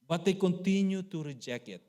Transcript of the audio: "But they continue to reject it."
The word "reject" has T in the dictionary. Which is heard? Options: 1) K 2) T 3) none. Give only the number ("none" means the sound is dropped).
3